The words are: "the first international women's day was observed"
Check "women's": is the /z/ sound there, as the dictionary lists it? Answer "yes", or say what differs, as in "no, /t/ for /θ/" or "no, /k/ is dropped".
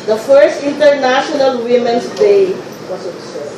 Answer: no, /s/ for /z/